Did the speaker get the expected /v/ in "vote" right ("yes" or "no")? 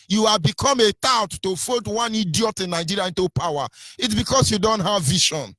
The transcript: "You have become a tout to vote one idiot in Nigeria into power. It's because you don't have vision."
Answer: no